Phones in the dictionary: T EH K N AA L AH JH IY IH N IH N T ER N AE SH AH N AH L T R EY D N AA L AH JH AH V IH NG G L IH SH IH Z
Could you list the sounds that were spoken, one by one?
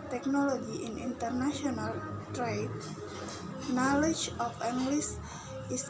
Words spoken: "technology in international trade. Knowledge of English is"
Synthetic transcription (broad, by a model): T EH K N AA L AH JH IY IH N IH N T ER N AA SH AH N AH L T R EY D N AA L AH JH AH F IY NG G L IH S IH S